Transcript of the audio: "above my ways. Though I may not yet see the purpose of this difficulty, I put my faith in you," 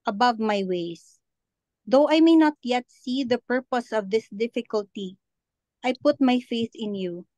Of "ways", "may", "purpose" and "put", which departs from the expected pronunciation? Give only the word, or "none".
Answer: ways